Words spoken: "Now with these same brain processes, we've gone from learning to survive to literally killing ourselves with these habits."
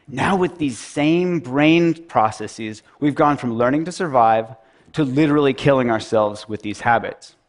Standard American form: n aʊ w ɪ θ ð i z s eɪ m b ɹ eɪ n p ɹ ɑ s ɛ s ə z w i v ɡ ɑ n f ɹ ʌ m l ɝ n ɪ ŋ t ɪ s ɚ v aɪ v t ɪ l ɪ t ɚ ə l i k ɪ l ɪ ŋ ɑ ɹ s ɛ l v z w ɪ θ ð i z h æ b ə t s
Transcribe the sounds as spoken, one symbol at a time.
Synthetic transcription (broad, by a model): n aʊ w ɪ ð i z s eɪ m b ɹ eɪ n p ɹ ɑ s ɛ s ə z w i v ɡ ɑ n f ɹ ʌ m l ɝ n ɪ ŋ t ɪ s ɚ v aɪ v t ɪ l ɪ t ɚ l i k ɪ l ɪ ŋ ɑ ɹ s ɛ l v z w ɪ ð i z h æ b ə t s